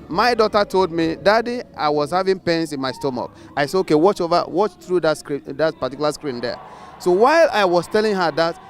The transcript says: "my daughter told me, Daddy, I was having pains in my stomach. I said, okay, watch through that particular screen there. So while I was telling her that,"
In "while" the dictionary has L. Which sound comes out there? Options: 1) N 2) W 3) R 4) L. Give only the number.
4